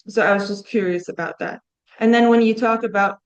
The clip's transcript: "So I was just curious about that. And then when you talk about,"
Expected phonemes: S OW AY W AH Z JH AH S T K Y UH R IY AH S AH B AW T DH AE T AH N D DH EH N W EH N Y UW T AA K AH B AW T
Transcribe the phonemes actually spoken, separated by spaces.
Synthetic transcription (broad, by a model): S OW AY W AH Z JH AH S K Y UH R IY AH S AH B AW T DH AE T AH N DH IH N W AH N Y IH T AA K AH B AW T